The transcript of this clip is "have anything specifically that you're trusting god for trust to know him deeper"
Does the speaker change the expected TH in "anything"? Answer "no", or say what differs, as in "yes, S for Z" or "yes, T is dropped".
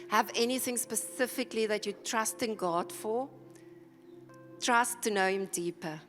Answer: no